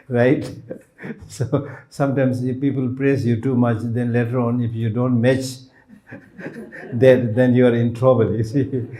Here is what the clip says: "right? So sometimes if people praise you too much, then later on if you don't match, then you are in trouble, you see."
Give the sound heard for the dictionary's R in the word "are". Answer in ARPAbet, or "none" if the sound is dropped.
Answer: R